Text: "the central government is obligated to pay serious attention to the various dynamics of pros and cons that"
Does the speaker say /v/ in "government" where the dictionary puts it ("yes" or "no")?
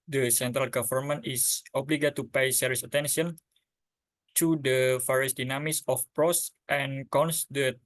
no